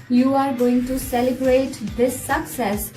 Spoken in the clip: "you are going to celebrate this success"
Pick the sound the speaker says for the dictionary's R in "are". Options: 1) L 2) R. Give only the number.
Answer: 2